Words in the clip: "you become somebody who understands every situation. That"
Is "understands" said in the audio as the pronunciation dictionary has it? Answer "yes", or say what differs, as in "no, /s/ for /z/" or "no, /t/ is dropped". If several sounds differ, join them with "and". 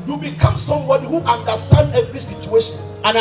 no, /z/ is dropped